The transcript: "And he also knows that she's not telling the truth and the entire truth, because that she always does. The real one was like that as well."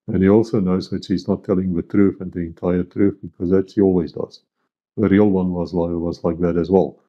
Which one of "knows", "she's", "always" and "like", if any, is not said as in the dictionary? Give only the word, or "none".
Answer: none